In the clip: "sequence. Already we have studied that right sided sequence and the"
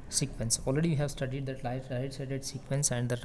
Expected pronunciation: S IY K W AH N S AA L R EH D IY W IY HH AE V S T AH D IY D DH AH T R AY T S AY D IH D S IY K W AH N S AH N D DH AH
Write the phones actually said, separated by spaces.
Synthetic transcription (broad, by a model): S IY K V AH N S AA L R EH D IY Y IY HH AE V S T AH D IY D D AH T L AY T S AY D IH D S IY K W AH N S AH N D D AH